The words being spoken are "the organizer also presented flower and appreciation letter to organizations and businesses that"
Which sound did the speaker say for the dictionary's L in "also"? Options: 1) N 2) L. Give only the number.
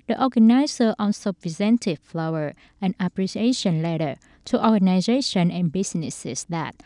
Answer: 1